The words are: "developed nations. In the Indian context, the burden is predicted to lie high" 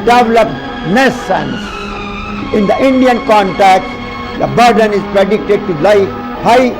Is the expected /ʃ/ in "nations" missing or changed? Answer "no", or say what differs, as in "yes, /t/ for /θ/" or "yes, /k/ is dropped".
yes, /s/ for /ʃ/